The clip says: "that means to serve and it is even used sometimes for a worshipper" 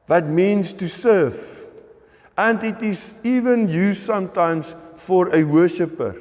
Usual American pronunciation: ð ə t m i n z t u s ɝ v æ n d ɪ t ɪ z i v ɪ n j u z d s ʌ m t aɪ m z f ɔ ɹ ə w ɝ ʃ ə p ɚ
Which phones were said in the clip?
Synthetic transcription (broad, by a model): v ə t m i n s t u s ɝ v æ n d ɪ t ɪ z i v ɪ n j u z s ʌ m t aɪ m s f ɔ ɹ ə w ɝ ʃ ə p ɚ